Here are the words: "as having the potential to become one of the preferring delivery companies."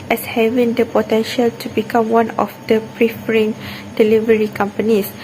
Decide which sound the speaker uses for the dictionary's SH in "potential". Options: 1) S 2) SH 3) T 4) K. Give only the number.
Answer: 2